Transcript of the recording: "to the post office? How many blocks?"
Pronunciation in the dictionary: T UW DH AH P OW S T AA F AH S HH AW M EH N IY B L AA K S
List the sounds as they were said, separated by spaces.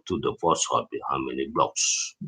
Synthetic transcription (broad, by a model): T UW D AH F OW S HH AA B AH HH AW M EH N IY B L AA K S